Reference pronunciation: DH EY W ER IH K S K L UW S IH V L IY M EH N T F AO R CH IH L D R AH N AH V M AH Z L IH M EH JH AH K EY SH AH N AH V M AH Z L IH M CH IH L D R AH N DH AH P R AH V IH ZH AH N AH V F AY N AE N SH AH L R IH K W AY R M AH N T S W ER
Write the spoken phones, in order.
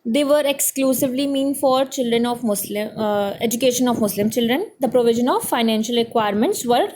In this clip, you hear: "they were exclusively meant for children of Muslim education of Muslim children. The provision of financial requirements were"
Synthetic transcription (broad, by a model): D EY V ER IH K S K L UW S IH V L IY M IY N F AO R CH IH L D R AH N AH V M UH S L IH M EH JH AH K EY SH AH N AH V M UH S L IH M CH IH L D R AH N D AH P R AH V IH ZH AH N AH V F AY N AE N SH AH L R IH K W AY R M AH N T S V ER